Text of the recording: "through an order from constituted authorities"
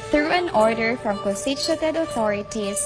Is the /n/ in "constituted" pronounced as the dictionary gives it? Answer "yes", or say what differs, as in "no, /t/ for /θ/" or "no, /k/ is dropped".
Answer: no, /n/ is dropped